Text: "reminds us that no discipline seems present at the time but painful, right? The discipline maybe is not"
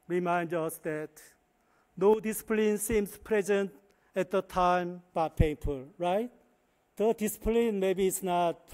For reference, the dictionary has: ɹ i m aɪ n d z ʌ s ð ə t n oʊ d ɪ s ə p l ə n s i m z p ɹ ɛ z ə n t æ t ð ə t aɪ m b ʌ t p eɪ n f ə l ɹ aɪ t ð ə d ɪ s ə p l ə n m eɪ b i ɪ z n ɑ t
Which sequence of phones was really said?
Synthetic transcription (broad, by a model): ɹ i m aɪ n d ʌ s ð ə t n oʊ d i s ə p l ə n s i m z p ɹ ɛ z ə n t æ t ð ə t aɪ m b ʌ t p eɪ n p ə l ɹ aɪ t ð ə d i s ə p l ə n m eɪ b i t s n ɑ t